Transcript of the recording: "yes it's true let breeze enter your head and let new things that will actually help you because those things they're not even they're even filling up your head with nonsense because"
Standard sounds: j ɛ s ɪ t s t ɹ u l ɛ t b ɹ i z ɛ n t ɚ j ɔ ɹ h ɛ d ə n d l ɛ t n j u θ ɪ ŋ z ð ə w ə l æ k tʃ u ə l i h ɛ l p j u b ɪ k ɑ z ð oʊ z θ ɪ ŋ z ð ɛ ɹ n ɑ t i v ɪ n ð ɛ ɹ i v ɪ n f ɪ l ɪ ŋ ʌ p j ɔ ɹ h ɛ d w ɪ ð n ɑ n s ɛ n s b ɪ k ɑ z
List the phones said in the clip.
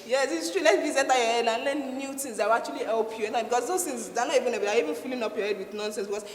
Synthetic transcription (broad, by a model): j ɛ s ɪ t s t ɹ u l ɛ t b i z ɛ t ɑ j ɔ h ɛ d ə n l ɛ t n j u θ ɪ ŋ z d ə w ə k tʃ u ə l i h ɛ l p j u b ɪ k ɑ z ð oʊ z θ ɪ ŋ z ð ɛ n ɑ t i v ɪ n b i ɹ i v ɪ n f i l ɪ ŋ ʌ p j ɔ h ɛ d w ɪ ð n ɑ n s ɛ n s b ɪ k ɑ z